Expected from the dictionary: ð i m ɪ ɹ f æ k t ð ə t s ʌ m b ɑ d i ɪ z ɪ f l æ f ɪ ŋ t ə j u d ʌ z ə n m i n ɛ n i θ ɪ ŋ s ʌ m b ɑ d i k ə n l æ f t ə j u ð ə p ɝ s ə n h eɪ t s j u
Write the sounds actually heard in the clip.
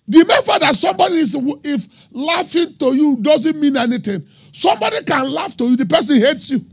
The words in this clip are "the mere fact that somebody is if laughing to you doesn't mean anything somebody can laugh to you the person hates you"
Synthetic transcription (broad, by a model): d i m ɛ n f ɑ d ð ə t s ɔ m b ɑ d i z ɪ f l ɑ f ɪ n t ə j u d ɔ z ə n m i n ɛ n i t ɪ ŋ s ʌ m b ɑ d i k ə n l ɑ f t ə j u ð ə p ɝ s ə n h eɪ t s j u